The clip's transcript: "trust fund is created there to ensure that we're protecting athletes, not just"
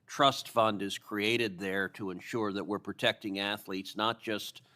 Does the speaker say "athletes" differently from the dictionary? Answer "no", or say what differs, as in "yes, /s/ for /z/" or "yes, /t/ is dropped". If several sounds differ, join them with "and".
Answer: no